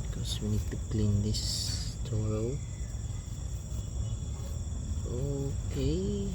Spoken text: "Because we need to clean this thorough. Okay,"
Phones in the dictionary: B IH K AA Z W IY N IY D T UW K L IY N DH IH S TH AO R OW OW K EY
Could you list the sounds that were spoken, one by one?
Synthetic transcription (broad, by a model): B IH K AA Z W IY N IY D T UW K L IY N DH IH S T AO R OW OW K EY